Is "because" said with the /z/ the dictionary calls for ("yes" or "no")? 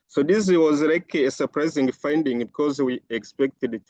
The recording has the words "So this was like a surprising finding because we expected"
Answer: yes